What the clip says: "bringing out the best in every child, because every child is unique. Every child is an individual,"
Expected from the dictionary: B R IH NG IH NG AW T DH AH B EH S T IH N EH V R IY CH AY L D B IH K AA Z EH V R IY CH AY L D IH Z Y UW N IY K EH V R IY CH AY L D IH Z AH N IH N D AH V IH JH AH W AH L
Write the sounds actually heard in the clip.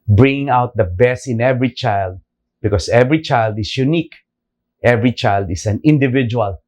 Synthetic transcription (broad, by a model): B R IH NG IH NG AW T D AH B EH S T IH N EH V R IY CH AY L D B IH K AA S EH V R IY CH AY L D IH S Y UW N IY K EH V R IY CH AY L D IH S AH N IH N D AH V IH JH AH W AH L